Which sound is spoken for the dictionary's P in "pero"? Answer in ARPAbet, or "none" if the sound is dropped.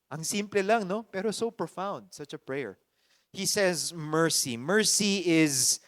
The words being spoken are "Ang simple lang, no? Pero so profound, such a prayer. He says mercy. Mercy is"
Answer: P